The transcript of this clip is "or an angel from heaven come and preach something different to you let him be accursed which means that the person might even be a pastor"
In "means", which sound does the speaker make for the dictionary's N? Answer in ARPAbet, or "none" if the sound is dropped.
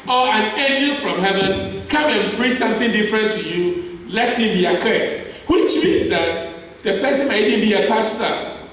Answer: none